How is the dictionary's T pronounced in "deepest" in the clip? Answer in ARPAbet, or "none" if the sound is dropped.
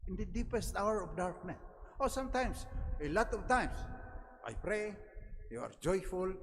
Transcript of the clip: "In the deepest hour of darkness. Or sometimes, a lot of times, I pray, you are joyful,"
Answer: T